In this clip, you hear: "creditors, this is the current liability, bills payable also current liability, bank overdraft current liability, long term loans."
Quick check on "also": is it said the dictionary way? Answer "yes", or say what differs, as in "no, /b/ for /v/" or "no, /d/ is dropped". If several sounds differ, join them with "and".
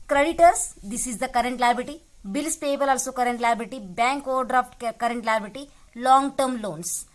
yes